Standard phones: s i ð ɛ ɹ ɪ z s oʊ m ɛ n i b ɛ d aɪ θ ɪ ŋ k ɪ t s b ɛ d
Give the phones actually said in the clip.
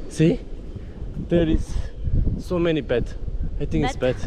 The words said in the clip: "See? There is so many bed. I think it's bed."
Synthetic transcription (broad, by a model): s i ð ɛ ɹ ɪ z s oʊ m ɛ n i b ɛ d aɪ t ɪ ŋ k ɪ t s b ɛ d